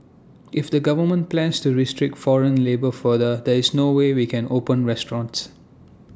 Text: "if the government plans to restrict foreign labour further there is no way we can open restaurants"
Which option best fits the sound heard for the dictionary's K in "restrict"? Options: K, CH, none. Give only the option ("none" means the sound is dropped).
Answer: K